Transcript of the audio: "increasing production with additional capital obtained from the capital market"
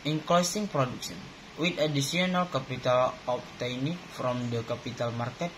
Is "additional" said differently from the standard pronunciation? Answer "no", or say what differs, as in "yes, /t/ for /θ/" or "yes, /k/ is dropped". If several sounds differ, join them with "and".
yes, /s/ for /ʃ/